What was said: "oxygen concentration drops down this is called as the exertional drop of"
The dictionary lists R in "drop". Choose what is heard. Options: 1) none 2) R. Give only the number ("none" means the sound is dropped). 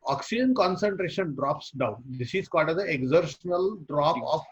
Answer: 2